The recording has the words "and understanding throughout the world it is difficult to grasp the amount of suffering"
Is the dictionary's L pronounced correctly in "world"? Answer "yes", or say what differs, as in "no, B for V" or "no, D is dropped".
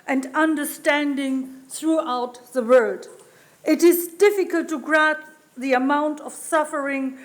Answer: no, L is dropped